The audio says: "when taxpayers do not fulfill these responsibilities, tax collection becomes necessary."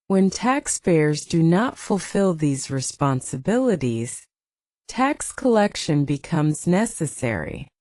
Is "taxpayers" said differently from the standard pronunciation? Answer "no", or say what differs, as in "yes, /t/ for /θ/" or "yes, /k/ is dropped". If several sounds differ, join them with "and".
no